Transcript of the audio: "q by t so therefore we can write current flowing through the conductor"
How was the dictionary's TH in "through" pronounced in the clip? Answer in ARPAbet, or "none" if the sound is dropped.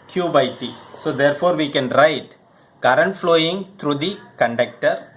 T